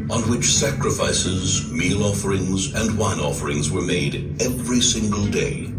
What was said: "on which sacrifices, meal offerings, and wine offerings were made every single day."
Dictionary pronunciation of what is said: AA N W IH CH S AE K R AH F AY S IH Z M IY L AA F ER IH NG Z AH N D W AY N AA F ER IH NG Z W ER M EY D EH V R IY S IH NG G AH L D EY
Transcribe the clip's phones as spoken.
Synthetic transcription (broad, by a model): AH N W IH CH S AE K R AH F AY S IH Z M IY L AA F ER IH NG Z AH N W AY N AA F ER IH NG Z W ER M EY D EH V R IY S IH NG G AH L D EY